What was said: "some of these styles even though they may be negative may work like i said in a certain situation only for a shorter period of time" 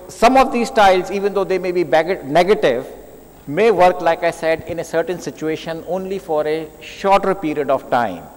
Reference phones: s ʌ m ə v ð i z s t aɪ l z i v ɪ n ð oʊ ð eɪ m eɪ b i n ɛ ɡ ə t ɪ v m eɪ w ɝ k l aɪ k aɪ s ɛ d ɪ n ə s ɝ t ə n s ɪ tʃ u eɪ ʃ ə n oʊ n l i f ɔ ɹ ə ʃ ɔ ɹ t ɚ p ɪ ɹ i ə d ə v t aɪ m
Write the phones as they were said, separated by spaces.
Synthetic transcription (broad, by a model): s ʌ m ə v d i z s t aɪ l z i v ɪ n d oʊ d eɪ m eɪ b i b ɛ ɡ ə t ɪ v m eɪ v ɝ k l aɪ k aɪ s ɛ d ɪ n ə s ɝ t ə n s ɪ tʃ u eɪ ʃ ə n oʊ n l i f ɔ ɹ ə ʃ ɔ ɹ t ɚ p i ɹ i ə d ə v t aɪ m